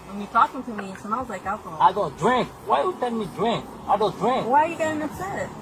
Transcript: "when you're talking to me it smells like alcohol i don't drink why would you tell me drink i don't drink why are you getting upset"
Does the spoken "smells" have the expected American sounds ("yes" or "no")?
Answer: no